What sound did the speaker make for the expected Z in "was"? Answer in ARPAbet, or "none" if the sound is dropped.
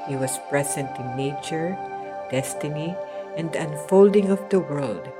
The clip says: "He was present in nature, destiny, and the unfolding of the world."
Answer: S